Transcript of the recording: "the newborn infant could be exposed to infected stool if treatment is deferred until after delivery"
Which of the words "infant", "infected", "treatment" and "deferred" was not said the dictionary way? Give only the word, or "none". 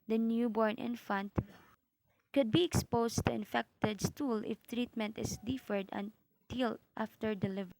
none